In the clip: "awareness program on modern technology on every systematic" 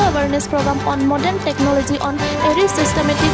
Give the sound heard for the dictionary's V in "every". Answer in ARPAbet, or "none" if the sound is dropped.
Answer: none